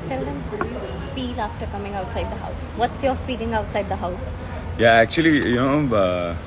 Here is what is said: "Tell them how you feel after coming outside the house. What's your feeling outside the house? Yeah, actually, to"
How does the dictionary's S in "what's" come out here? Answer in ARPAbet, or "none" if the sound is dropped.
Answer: S